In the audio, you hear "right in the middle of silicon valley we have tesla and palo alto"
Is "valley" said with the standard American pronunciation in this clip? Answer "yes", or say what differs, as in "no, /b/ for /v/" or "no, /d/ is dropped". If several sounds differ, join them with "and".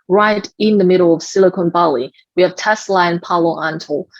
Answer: no, /b/ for /v/